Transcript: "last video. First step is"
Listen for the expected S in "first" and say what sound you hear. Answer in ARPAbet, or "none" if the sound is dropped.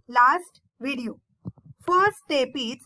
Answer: none